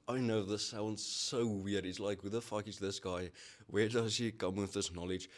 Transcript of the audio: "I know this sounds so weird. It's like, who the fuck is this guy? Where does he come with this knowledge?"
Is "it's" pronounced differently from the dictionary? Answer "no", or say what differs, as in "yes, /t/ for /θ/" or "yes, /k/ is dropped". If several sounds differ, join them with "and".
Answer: no